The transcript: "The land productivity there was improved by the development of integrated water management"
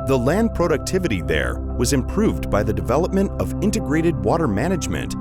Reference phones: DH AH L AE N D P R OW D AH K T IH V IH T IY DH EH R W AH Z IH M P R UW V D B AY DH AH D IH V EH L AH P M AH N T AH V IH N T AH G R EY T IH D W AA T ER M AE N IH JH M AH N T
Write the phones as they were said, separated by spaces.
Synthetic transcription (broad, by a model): DH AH L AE N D P R OW D AH K T IH V IH T IY DH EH R W AH Z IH M P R UW V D B AY DH AH D IH V EH L AH P M AH N T AH V IH N T AH G R EY T IH D W AA T ER M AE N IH JH M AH N T